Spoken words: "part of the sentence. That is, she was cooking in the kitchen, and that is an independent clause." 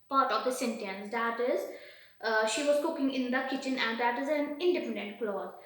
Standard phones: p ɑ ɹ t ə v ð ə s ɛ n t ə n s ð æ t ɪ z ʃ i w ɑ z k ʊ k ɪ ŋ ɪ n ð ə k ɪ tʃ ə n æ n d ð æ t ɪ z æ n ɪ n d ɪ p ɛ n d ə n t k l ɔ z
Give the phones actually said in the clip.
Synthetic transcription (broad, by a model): p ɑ ɹ t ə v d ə s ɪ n t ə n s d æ t ɪ z ʃ i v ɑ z k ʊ k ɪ ŋ ɪ n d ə k ɪ tʃ ə n æ n d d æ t ɪ z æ n ɪ n d ɪ p ɛ n d ə n t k l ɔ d